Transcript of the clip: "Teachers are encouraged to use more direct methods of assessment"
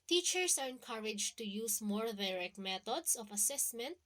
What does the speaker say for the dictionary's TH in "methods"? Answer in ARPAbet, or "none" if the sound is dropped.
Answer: T